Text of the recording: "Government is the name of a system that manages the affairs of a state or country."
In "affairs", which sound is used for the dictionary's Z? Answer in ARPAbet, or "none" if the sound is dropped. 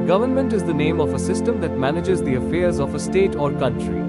Z